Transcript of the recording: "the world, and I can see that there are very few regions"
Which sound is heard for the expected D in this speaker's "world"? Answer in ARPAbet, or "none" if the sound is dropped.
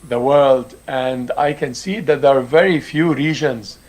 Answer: D